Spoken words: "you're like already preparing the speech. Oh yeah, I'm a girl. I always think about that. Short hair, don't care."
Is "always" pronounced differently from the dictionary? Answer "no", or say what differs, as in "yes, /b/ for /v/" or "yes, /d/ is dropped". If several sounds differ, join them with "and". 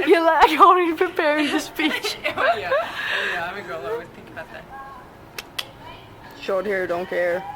yes, /l/ is dropped